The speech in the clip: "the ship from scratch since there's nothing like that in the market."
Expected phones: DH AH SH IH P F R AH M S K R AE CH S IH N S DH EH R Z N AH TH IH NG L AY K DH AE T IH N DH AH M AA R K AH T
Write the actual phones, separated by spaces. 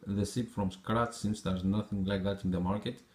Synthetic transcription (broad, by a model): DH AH S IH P F R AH M S K R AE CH S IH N S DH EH R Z N AH TH IH NG L AY K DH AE T IH N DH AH M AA R K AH T